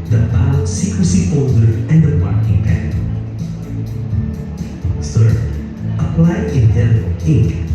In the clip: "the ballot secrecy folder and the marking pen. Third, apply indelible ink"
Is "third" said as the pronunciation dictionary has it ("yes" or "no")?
no